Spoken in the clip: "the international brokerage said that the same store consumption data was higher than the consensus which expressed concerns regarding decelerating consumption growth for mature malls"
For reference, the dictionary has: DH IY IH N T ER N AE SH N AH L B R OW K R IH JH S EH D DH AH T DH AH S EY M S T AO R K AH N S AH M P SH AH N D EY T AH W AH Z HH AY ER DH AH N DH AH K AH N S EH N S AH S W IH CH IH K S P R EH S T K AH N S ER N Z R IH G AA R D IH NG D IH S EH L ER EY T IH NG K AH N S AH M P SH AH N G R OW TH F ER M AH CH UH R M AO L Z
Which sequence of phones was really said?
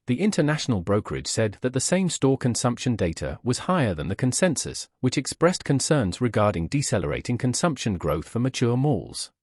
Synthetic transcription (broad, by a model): DH IY IH N T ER N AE SH N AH L B R OW K R IH JH S EH D DH AH T DH AH S EY M S T AO R K AH N S AH M P SH AH N D EY T AH W AH Z HH AY ER DH AH N DH AH K AH N S EH N S AH S W IH CH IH K S P R EH S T K AH N S ER N Z R IH G AA R D IH NG D IH S EH L ER EY T IH NG K AH N S AH M P SH AH N G R OW TH F ER M AH CH UH R M AO L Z